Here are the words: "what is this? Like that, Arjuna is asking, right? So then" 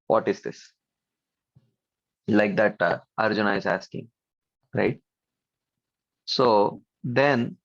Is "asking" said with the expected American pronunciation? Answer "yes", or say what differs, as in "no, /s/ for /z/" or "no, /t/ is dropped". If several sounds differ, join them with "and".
yes